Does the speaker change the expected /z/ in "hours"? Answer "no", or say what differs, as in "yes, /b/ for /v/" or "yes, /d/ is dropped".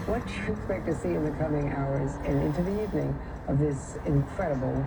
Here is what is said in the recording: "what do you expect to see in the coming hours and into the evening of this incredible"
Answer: no